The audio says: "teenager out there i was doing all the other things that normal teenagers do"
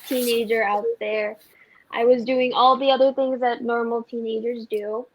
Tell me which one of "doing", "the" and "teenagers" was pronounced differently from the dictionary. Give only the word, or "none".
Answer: none